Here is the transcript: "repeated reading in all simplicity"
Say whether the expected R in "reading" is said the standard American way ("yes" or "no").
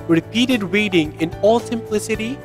no